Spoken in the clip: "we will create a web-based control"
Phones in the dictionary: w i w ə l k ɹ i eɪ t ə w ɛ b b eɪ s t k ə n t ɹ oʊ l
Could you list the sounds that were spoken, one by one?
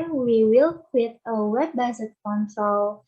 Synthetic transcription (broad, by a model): w i w ə l k w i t ə w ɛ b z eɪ t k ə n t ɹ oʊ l